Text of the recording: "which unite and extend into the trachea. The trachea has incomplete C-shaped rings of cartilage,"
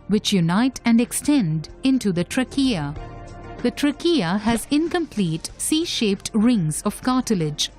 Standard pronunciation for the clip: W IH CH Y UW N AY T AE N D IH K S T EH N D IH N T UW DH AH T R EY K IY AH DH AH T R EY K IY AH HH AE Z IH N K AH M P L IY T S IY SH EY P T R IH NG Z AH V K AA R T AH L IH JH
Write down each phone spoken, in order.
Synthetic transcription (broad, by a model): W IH CH Y UW N AY T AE N D IH K S T EH N D IH N T UW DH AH T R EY K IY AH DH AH T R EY K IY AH HH AE Z IH N K AH M P L IY T S IY SH EY P T R IH NG Z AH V K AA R T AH L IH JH